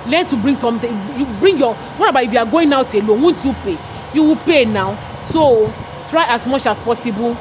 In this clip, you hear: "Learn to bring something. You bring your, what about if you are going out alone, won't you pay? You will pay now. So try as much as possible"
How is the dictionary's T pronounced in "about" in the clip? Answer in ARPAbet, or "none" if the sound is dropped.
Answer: none